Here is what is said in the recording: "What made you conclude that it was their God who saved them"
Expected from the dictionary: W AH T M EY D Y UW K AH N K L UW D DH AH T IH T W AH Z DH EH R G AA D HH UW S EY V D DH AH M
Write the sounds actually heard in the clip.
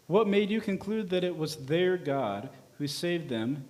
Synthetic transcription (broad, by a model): W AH T M EY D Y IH K AH N K L UW D DH AH T IH T W AH Z DH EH R G AA D HH UW S EY V D DH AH M